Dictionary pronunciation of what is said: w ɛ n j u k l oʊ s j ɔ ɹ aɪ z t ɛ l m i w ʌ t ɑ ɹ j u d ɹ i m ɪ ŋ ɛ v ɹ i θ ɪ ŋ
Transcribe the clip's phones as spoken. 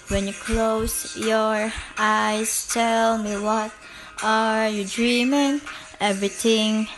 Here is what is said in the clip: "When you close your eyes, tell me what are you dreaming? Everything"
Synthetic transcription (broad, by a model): w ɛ n j u k l oʊ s j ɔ ɹ aɪ s t ɛ l m i w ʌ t ɑ ɹ j u d ɹ i m ɪ ŋ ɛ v ɹ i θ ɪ ŋ